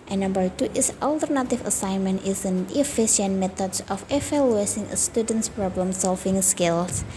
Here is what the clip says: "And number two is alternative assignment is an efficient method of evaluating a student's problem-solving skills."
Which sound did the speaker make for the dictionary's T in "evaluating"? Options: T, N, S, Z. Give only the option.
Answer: S